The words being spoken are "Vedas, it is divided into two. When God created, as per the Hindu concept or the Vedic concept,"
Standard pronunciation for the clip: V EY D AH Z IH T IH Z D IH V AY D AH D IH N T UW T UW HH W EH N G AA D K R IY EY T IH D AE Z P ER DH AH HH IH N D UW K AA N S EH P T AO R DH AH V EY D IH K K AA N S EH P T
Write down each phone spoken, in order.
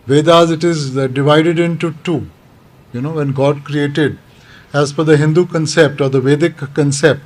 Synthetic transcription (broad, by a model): V EY D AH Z IH T IH Z D IH V AY D AH D IH N T UW T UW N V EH N G AA D K R IY EY T IH D AE Z F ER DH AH HH IH N D UW K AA N S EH P T AO R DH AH V EY D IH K K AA N S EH P T